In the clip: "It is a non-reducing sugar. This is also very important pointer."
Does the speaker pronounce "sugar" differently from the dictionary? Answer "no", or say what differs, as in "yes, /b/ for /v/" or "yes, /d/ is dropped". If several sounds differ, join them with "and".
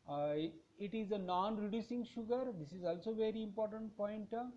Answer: no